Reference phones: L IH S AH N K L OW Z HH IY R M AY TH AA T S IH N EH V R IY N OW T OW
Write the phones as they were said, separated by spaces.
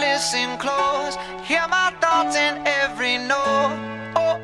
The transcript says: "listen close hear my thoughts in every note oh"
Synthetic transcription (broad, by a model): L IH S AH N K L OW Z HH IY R M AY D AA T IH N EH V R IY N OW OW